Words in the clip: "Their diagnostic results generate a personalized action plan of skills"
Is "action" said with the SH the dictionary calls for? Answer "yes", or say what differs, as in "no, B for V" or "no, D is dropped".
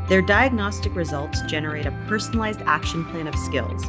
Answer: yes